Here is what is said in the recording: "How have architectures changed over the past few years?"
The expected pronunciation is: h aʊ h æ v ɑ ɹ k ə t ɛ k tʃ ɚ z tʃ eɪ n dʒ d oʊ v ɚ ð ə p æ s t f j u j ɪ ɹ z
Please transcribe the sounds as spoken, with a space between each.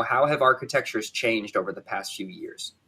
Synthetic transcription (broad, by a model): h aʊ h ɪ v ɑ ɹ k ə t ɛ k tʃ ɚ z tʃ eɪ n dʒ d oʊ v ɚ ð ə p æ s t f j u j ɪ ɹ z